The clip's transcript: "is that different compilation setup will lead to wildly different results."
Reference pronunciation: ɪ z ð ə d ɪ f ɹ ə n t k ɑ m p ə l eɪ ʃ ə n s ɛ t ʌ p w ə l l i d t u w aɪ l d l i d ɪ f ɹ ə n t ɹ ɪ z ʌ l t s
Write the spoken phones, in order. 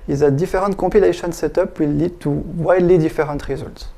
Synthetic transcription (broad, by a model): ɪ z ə d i f ɹ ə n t k ɑ p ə l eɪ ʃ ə n s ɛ t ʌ p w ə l l i d t u w aɪ d l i d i f ɹ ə t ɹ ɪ z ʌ l t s